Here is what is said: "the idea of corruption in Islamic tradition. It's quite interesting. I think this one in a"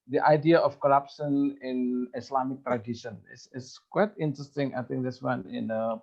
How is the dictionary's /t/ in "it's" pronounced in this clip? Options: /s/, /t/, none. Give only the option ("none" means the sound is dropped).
/s/